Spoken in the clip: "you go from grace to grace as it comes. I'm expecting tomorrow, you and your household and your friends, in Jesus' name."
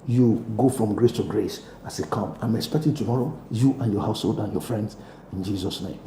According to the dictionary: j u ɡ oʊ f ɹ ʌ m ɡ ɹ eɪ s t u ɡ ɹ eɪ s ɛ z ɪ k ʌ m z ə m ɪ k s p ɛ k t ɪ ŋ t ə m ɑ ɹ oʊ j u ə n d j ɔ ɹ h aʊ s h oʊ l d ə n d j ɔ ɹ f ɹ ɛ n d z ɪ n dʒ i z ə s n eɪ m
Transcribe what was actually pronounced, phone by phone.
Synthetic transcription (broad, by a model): j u ɡ oʊ f ɹ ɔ m ɡ ɹ eɪ s t u ɡ ɹ eɪ s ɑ s ɪ k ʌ m ə m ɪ k s p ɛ k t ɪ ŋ t ə m ɑ ɹ oʊ j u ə n j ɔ h aʊ s h oʊ l d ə n j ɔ f ɹ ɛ n d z ɪ n dʒ i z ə s n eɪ m